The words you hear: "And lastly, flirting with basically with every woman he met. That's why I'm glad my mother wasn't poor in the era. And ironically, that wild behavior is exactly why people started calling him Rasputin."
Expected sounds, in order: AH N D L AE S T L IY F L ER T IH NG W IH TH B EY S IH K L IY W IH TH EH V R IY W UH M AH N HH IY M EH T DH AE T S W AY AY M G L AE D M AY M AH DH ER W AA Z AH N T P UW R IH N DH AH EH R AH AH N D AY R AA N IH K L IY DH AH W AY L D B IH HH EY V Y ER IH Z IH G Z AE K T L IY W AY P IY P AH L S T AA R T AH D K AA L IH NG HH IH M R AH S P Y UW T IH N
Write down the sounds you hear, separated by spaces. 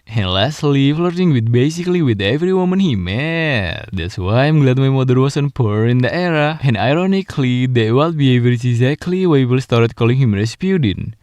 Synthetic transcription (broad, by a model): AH N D L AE S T L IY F L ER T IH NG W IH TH B EY S IH K L IY W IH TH EH V R IY W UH M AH N HH IY M EH T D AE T S W AY AY M G L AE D M AY M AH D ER W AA S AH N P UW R IH N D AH EH R AH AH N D AY R AA N IH K L IY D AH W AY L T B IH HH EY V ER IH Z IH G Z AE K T L IY W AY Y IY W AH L S T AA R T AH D K AA L IH NG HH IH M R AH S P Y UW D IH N